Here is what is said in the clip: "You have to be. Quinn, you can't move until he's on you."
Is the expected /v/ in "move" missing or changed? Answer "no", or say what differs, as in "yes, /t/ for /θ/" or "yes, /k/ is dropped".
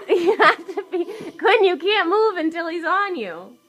no